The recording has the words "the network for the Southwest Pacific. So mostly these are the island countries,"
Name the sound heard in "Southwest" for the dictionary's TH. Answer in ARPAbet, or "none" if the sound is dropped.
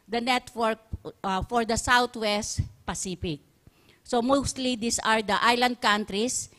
T